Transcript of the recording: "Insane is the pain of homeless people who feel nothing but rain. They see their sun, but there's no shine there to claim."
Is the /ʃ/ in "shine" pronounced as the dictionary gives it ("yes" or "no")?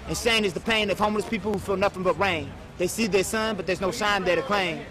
no